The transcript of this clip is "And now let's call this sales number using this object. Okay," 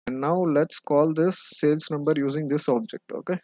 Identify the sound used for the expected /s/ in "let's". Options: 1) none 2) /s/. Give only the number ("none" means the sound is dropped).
2